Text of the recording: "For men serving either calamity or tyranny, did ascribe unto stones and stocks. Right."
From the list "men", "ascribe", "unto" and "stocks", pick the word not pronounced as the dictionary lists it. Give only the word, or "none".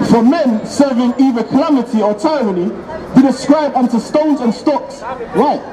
none